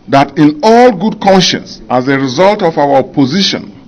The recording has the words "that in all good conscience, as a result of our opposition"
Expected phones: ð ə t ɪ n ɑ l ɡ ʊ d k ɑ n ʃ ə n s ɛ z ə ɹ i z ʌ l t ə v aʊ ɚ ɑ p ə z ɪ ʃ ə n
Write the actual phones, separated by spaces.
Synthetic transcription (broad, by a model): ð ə t ɪ n ɑ l ɡ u d k ɑ n ʃ ə n s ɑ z ə ɹ i z ʌ l t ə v aʊ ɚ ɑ p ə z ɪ ʃ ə n